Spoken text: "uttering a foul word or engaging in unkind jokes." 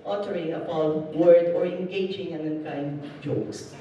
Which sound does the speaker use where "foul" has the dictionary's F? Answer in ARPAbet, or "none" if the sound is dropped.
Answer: P